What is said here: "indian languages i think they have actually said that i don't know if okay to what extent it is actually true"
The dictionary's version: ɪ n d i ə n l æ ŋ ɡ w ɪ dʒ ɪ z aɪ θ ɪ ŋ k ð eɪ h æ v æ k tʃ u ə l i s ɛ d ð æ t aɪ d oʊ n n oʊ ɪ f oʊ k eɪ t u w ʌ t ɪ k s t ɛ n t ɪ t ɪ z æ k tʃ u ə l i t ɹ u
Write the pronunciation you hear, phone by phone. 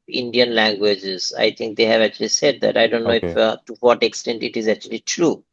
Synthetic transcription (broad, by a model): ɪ n d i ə n l æ ŋ ɡ w ɪ dʒ ɪ z aɪ t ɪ ŋ k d eɪ h æ v æ k tʃ u ə l i s ɛ d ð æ t aɪ d oʊ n n oʊ ɪ f t u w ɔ t ɪ k s t ɛ n t ɪ t ɪ z æ k tʃ u ə l i t ɹ u